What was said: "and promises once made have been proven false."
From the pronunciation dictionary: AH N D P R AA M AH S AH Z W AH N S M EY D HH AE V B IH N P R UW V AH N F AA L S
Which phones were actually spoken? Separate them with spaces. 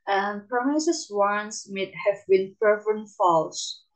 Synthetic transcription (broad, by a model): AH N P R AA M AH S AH S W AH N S M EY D HH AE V B IH N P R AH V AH N F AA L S